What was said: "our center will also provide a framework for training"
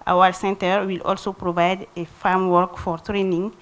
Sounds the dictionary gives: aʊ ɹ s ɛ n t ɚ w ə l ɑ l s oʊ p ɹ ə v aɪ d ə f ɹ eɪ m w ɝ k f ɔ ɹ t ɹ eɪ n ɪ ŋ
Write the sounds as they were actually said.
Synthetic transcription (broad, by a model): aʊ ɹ s ɛ n t ɚ w ə l ɑ l s oʊ p ɹ ə v aɪ d ə f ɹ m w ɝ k f ɔ ɹ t ɹ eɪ n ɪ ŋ